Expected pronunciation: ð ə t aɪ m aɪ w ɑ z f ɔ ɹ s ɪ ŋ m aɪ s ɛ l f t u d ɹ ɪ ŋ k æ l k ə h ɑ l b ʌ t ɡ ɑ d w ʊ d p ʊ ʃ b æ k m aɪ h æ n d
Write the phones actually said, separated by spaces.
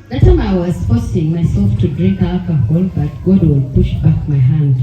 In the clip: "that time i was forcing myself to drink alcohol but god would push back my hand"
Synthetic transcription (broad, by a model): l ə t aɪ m aɪ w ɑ s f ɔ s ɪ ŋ m aɪ s ɛ l f t u d ɹ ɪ ŋ k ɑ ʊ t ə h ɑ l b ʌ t ɡ ɑ d w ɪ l p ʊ ʃ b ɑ k m aɪ h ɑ n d